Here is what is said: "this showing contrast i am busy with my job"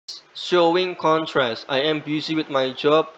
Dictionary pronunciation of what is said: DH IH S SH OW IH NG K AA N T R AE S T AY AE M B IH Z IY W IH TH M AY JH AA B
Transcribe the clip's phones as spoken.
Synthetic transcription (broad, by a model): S SH OW IH NG K AA N T R AE S T AY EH M B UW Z IY W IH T M AY JH AA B